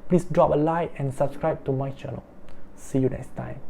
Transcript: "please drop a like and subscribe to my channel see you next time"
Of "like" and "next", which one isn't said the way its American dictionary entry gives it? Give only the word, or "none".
like